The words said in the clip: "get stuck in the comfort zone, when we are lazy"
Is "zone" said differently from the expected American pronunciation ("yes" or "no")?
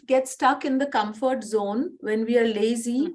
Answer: no